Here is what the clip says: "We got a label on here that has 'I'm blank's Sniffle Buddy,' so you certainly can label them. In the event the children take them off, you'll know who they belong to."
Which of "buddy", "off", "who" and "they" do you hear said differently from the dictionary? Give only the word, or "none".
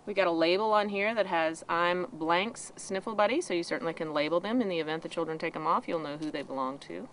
none